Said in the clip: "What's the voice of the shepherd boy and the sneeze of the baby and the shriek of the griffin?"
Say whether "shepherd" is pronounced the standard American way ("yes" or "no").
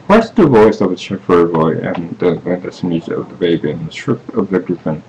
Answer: no